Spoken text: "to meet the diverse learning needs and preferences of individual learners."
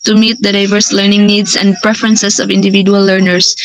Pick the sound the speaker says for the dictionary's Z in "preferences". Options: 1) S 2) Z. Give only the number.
1